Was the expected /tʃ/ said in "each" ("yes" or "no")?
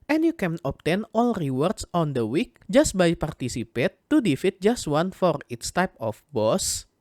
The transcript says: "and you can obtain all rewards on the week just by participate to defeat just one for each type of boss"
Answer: no